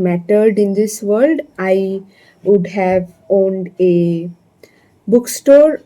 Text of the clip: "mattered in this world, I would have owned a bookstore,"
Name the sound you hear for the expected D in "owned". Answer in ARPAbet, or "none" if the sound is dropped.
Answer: D